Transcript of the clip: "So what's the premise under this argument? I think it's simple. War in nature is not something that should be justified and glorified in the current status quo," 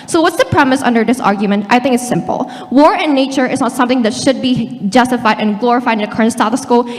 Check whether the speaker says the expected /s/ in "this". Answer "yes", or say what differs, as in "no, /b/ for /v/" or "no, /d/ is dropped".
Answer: yes